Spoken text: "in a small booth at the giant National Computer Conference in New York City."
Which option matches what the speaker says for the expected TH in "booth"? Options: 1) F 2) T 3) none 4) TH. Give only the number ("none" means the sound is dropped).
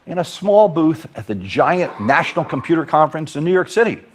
4